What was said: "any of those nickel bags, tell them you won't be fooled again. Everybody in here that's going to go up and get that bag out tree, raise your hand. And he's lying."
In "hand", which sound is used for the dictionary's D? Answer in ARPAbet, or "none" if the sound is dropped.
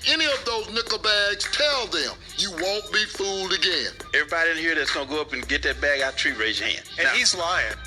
none